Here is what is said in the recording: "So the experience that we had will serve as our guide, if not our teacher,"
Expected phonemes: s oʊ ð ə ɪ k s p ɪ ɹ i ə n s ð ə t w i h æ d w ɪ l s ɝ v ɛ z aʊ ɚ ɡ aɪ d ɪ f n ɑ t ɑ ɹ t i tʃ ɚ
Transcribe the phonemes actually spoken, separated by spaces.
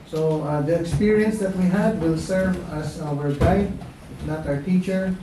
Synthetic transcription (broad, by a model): s oʊ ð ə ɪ k s p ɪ ɹ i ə n s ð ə t w i h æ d w ɪ l s ɝ v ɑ s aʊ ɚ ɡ aɪ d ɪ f n ɑ t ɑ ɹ t i tʃ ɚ